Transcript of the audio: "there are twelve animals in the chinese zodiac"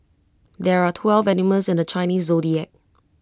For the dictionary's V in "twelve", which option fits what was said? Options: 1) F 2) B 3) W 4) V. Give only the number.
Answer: 4